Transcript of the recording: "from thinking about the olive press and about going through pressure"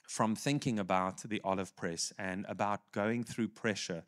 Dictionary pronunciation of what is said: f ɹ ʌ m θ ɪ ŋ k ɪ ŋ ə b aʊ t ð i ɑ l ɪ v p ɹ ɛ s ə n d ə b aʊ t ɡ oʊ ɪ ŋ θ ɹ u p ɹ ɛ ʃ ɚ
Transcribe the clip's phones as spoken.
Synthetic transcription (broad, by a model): f ɹ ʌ m θ ɪ ŋ k ɪ ŋ ə b aʊ t ð i ɑ l ɪ v p ɹ ɛ s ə n ə b aʊ t ɡ oʊ ɪ ŋ θ ɹ u p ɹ ɛ ʃ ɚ